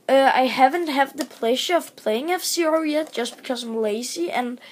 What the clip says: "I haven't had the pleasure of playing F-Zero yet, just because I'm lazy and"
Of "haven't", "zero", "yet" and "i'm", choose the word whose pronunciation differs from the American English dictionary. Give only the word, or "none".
zero